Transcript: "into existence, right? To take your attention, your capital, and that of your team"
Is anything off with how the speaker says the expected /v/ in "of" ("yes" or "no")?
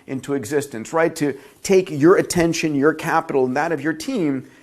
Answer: no